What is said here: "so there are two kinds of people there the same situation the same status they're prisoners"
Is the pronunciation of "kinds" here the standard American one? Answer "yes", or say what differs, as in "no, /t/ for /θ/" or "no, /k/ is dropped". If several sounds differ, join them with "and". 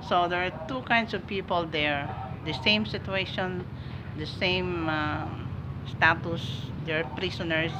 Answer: no, /s/ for /z/